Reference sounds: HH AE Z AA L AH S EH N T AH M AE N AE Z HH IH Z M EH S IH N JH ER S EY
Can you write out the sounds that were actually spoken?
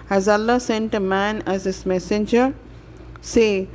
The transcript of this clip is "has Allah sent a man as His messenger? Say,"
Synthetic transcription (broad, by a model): HH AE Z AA L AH S EH N T AH M AE N AE Z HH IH S M EH S IH N JH ER S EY